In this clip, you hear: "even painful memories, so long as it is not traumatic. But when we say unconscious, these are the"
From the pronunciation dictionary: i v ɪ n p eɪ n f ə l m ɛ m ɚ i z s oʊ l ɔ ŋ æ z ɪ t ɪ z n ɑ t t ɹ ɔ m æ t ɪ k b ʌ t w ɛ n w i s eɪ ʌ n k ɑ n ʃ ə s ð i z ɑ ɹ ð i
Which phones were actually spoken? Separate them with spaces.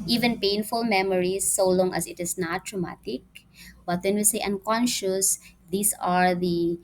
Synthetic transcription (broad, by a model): i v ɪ n p eɪ n f ə l m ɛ m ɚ i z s oʊ l ɔ ŋ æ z ɪ t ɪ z n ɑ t t ɹ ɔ m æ t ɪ k b ʌ t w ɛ n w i s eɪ ʌ n k ɑ n ʃ ə s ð i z ɑ ɹ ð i